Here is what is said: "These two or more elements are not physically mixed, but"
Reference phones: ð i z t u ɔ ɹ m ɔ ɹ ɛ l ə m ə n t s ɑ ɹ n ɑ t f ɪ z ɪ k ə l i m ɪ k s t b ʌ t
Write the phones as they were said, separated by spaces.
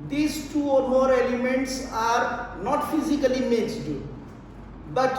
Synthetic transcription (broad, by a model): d i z t u ɔ ɹ m ɔ ɹ ɛ l ə m ə n t s ɑ ɹ n ɑ t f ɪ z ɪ k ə l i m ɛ s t b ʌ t